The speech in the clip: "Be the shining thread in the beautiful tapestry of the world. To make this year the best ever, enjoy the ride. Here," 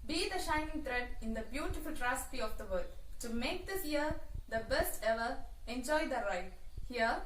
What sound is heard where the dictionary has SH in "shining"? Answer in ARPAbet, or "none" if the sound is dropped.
SH